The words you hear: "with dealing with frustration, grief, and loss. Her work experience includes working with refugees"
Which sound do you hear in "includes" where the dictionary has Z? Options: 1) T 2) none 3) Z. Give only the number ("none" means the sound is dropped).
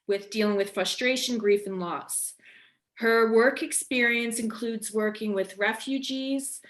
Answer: 3